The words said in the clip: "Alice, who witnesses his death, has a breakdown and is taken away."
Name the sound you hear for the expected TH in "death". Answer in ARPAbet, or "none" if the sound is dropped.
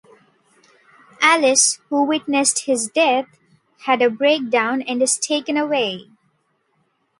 T